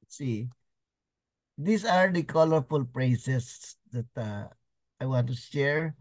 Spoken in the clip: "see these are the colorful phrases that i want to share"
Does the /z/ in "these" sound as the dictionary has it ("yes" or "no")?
no